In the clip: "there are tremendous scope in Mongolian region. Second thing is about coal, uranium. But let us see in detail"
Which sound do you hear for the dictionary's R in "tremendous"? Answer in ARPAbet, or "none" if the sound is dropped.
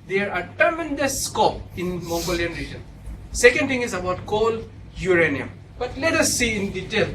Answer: none